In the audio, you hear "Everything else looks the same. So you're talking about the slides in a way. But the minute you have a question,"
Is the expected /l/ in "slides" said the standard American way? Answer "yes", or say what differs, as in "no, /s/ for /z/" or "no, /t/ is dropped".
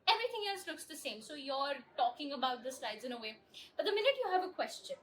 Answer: yes